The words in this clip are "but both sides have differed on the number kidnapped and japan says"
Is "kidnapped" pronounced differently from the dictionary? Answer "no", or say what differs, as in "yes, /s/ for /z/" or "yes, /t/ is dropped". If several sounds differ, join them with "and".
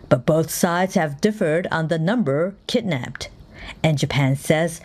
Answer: no